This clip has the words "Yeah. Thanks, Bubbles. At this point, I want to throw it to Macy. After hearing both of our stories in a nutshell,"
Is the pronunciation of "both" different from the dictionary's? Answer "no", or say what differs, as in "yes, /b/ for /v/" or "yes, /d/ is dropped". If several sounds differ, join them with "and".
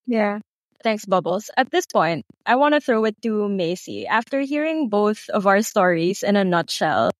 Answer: no